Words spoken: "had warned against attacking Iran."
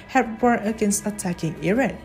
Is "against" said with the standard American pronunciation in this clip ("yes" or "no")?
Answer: no